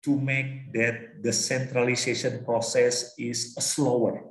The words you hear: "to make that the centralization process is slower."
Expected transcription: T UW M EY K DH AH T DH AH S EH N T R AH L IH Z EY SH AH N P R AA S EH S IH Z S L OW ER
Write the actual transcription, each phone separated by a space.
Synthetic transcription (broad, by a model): T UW M EY K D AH T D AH S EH N T R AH L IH S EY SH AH N P R AA S EH S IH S S L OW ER